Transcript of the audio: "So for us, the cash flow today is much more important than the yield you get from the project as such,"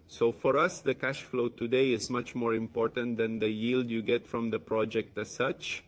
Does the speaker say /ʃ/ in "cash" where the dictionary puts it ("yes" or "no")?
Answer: yes